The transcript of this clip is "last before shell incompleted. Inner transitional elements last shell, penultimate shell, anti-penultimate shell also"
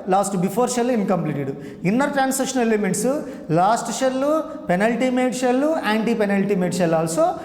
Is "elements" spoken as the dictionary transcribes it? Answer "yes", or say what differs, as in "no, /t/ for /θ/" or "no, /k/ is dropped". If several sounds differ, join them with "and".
no, /l/ is dropped and /n/ is dropped